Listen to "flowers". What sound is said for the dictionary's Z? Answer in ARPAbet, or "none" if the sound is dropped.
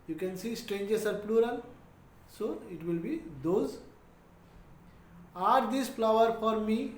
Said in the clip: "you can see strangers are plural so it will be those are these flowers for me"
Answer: none